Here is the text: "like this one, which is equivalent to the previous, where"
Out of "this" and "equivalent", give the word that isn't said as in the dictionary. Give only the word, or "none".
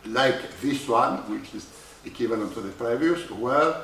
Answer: equivalent